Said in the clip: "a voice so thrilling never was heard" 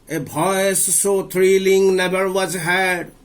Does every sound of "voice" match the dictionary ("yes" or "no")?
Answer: no